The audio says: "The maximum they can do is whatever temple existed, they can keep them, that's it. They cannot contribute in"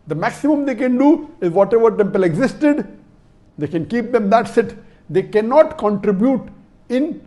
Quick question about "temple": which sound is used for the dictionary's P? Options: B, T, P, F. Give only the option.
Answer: P